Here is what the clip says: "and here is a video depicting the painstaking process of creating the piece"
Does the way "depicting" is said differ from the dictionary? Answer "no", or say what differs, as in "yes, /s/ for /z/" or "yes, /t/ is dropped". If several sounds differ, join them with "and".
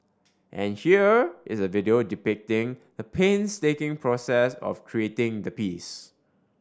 no